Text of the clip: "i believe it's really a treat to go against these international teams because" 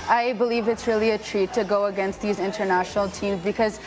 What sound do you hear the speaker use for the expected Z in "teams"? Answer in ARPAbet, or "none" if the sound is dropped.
Z